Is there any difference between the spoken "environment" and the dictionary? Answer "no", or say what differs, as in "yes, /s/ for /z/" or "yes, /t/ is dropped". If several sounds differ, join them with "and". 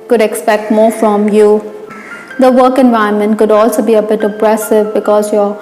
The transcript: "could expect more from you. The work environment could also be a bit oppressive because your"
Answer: yes, /ɹ/ is dropped